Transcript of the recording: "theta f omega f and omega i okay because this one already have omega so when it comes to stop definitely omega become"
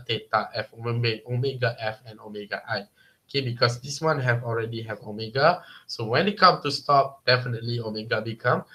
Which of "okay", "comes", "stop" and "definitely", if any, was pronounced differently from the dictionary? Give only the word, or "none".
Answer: comes